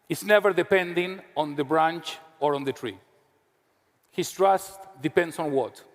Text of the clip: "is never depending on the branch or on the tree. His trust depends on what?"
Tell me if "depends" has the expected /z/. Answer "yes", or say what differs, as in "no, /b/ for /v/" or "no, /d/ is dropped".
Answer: no, /s/ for /z/